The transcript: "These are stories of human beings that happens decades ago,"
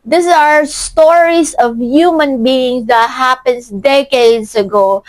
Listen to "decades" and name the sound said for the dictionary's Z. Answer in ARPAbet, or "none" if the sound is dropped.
S